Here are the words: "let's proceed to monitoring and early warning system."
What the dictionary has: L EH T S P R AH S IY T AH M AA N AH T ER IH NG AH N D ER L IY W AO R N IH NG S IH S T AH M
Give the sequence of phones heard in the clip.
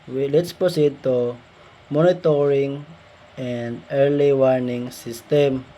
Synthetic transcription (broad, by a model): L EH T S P AH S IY T AH M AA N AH T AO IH NG AH N D ER L IY W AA R N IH NG S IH S T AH M